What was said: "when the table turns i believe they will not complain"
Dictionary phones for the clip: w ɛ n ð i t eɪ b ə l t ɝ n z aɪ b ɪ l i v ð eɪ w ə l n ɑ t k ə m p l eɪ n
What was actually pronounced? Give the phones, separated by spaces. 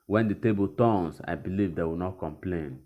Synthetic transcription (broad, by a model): w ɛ n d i t eɪ b ə l t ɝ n s aɪ b ɪ l i v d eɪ w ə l n ɑ t k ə m p l eɪ n